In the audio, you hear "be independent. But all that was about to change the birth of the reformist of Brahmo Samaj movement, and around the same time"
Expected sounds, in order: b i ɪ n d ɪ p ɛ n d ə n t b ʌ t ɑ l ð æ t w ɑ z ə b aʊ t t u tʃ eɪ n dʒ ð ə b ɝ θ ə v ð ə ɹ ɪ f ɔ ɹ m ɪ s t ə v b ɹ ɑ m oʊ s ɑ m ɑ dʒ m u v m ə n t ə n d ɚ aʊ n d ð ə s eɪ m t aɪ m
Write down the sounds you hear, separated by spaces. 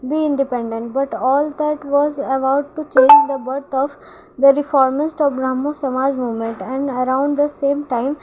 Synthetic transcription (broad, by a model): b i ɪ n d ɪ p ɛ n d ə n t b ʌ t ɑ l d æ t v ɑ z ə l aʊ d t u tʃ eɪ n dʒ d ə b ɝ t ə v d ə ɹ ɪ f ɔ ɹ m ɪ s t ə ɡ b ɹ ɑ m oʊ s ɑ m ɑ dʒ m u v m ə n t ə n d ɚ aʊ n d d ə s eɪ m t aɪ m